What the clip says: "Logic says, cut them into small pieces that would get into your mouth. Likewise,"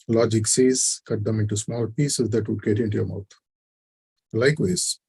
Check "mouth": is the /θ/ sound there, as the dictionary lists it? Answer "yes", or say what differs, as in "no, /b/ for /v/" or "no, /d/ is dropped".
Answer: no, /t/ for /θ/